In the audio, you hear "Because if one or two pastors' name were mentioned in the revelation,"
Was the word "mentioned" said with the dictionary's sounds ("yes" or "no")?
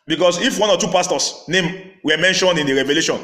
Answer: yes